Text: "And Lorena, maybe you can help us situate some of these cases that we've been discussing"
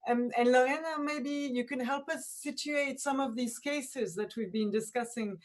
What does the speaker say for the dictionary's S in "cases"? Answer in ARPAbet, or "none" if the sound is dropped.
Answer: S